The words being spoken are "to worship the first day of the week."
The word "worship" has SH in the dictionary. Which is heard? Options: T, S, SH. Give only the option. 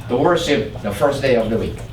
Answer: S